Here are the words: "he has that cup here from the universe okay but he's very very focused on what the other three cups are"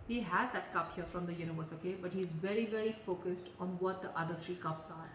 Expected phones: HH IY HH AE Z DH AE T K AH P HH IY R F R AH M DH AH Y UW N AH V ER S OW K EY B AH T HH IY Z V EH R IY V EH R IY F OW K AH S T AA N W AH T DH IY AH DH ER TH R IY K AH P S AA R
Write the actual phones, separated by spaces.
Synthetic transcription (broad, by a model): HH IY HH AE Z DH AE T K AH P HH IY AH F R AH M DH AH Y UW N AH V ER S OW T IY B AH T HH IY Z V EH R IY V EH R IY F OW K AH S T AA N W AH T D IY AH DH ER T R IY K AH P S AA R